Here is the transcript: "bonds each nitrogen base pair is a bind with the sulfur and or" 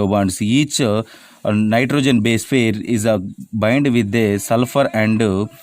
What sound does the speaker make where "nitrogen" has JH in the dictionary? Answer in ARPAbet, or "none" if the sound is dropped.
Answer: JH